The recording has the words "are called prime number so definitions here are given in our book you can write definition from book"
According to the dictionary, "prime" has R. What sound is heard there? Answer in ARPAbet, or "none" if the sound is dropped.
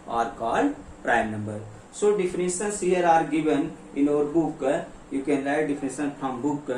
R